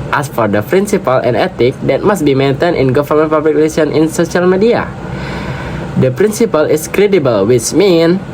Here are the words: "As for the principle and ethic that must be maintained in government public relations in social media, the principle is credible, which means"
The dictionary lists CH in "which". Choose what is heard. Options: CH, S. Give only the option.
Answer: S